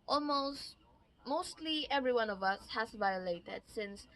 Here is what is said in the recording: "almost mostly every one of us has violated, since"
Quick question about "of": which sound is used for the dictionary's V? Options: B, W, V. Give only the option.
V